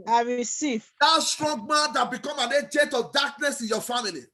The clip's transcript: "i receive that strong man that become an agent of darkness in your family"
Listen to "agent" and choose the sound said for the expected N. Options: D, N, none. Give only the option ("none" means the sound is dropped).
none